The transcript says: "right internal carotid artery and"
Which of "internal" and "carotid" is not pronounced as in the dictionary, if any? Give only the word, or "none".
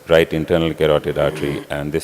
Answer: none